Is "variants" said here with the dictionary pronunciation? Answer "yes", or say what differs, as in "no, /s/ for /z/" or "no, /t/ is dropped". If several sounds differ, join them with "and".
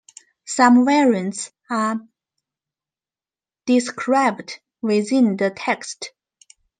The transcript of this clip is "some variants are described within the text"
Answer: no, /w/ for /v/